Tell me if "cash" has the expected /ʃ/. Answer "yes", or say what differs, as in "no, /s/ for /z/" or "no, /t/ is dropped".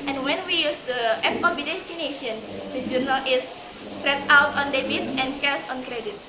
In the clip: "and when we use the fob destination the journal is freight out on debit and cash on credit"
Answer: no, /s/ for /ʃ/